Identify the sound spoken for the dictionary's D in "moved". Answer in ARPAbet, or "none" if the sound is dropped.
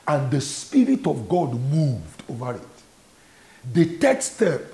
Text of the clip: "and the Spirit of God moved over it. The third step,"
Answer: D